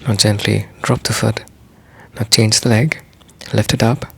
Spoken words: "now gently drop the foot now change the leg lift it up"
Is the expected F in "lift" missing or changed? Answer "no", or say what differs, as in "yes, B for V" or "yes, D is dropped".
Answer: no